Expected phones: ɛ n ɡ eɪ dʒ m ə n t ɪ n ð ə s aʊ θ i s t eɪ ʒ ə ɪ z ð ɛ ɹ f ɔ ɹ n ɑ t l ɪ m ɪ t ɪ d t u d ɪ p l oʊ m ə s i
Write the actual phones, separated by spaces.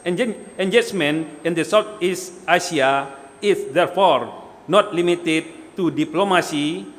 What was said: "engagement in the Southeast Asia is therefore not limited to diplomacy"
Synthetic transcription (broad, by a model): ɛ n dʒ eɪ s m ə n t ɪ n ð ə s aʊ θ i s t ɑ s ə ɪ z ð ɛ ɹ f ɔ ɹ n ɑ t l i m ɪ t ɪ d t u d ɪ p l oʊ m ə s i